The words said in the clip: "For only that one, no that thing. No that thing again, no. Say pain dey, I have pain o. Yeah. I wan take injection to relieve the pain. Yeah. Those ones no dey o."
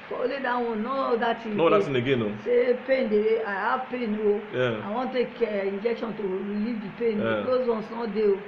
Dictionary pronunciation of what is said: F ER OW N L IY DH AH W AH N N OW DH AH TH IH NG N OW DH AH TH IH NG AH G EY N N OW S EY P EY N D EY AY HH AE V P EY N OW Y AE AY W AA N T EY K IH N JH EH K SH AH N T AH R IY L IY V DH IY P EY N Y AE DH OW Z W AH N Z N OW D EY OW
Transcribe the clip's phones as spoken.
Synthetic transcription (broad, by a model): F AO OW L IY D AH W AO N N OW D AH T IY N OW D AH T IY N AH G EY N N OW S EY P EY N D EY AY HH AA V P EY N OW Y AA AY W AA N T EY K IH N JH EH K SH AH N T AH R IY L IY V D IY P EY N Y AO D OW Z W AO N S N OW D EY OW